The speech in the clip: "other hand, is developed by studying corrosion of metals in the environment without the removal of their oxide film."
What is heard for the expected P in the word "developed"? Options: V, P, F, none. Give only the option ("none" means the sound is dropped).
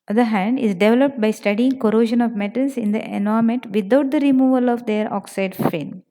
P